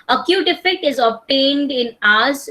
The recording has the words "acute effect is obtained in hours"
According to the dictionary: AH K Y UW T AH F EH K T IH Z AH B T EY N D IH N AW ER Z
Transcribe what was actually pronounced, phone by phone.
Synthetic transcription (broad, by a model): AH K Y UW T AH F EH K T IH Z AH B T EY N D IH N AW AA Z